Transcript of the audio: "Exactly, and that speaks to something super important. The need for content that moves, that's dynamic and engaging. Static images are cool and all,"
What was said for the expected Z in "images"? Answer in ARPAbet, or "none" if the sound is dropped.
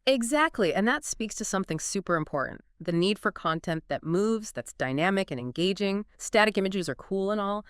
Z